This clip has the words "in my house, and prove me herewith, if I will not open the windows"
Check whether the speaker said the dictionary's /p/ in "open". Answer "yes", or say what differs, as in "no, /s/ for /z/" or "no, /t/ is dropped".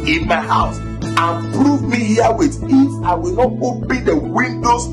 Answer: no, /b/ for /p/